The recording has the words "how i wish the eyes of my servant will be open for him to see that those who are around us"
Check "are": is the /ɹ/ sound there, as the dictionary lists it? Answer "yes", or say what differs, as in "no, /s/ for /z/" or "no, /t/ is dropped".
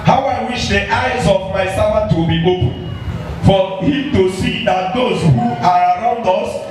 yes